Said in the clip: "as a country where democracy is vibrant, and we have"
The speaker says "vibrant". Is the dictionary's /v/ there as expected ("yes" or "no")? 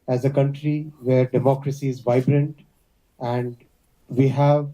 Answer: yes